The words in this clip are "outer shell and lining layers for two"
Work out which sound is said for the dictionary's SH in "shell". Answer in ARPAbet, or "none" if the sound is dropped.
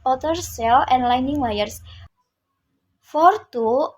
S